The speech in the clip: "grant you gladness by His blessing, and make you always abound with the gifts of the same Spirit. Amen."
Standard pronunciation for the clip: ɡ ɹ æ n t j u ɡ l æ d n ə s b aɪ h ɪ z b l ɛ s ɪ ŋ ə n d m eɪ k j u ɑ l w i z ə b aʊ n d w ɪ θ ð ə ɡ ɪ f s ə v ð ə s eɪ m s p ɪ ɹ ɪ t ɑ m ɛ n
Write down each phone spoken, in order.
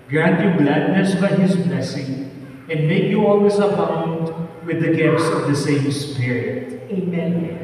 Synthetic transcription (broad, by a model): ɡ ɹ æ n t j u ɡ l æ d n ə s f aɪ h ɪ z b l ɛ s ɪ ŋ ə n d m eɪ k j u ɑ l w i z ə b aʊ n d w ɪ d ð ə ɡ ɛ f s ə v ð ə s eɪ m s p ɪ ɹ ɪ ɑ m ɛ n